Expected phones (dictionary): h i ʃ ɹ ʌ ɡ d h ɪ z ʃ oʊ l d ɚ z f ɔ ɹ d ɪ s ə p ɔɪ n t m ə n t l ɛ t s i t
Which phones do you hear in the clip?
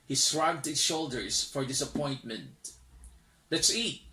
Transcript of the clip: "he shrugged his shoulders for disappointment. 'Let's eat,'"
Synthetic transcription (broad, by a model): h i s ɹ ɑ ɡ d h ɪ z ʃ oʊ l d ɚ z f ɔ ɹ d ɪ s ə p ɔɪ n t m ə n t l ɛ t s i t